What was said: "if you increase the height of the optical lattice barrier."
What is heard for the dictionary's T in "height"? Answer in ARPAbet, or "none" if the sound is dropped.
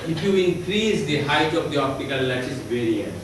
T